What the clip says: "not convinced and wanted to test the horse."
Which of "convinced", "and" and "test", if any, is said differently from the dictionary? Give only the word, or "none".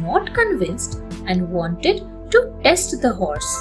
none